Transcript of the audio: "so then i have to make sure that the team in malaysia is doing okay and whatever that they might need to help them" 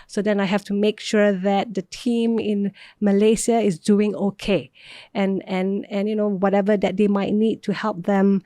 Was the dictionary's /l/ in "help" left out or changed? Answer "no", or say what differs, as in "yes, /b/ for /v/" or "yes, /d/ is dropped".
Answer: no